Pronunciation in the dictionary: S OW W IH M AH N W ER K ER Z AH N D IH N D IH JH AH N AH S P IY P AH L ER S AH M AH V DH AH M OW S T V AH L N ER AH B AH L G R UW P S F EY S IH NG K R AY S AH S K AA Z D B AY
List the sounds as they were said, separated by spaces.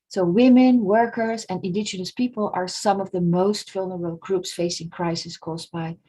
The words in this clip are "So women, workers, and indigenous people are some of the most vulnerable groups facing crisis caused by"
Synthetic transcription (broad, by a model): S OW W IH M AH N W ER K ER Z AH N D IH N D IH JH AH N AH S P IY P AH L ER S AH M AH V DH AH M OW S T F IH L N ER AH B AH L G R UW P S F EY S IH NG K R AY S AH S K AA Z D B AY